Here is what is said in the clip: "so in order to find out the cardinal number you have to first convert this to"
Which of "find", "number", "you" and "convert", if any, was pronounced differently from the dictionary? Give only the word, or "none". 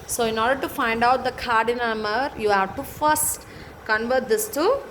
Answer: number